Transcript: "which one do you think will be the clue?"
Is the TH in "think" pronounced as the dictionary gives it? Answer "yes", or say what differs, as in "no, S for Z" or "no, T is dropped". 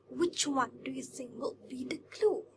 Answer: no, S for TH